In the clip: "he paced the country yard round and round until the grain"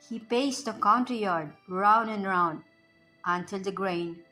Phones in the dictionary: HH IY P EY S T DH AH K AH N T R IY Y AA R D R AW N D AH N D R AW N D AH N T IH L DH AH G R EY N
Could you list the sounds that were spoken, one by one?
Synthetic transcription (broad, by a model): HH IY P EY S T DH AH K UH N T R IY Y AA R D R AW N D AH N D R AW N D AH N T IH L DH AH G R EY N